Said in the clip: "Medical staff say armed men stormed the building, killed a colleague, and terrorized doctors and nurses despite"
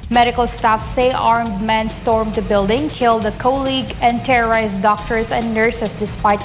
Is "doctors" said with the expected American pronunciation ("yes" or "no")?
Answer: no